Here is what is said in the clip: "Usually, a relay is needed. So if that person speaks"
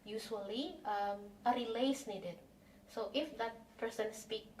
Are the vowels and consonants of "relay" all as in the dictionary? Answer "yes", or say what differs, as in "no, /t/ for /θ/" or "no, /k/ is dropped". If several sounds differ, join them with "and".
yes